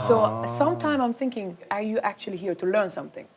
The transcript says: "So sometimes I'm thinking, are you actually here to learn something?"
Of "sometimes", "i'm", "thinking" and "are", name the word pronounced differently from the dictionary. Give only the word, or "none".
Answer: sometimes